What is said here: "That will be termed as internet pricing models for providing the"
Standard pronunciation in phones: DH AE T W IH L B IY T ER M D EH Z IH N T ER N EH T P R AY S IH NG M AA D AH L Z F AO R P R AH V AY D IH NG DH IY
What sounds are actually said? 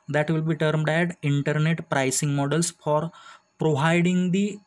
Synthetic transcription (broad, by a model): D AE T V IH L B IY T ER M D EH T IH N T ER N EH T P R AY S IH NG M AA D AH L S F AO R P R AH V AY D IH NG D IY